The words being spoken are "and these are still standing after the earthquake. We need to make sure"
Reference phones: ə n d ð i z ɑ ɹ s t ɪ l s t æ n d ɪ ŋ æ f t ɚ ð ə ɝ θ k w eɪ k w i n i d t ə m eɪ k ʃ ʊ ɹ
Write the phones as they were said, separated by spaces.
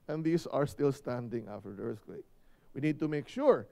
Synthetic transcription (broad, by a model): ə n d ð i s ɑ ɹ s t ɪ l s t æ n d ɪ ŋ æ f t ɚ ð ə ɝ s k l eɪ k w i n i d t ə m eɪ k ʃ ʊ ɹ